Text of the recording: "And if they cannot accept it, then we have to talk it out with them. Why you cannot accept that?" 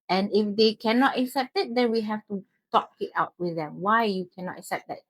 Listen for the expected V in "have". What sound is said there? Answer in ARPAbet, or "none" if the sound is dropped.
F